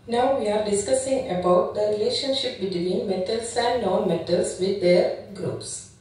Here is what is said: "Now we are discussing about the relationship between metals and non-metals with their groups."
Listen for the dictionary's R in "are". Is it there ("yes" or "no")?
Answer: yes